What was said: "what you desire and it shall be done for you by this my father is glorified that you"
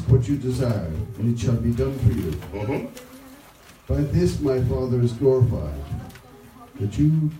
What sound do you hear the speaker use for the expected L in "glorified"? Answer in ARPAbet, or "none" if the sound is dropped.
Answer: L